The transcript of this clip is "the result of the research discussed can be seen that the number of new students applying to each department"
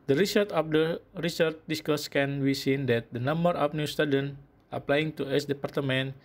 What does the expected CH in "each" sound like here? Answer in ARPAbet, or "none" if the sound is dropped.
S